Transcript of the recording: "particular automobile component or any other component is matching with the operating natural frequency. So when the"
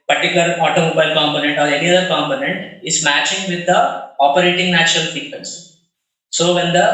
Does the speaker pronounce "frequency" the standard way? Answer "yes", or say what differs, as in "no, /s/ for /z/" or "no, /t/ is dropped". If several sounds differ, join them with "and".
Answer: no, /ɹ/ is dropped